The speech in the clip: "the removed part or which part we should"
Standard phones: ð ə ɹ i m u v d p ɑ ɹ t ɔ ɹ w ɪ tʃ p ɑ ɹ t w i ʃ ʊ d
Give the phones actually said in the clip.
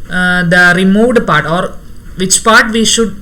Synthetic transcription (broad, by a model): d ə ɹ i m u v d p ɑ ɹ t ɔ ɹ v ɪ tʃ p ɑ ɹ t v i ʃ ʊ d